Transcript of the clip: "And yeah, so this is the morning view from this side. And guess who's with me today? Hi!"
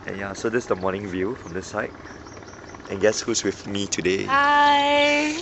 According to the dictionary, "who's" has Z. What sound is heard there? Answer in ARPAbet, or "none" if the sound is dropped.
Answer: S